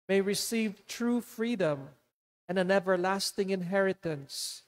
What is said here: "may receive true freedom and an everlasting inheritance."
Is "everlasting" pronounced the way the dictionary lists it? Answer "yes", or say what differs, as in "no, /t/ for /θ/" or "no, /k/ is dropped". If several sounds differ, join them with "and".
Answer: yes